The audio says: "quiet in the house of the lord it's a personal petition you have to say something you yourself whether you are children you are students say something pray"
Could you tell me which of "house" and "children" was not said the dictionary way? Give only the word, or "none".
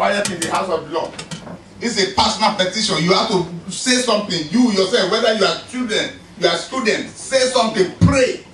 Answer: children